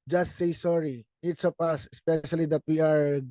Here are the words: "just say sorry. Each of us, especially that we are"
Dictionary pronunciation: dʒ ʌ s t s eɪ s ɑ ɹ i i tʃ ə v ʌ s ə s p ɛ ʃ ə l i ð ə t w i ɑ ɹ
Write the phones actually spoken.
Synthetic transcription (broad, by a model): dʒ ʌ s t s eɪ s ɑ ɹ i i s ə p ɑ s ə s p ɛ ʃ ə l i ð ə t w i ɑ ɹ